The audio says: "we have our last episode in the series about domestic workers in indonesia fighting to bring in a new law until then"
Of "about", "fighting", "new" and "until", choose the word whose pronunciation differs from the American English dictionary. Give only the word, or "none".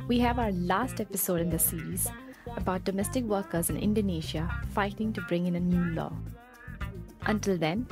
none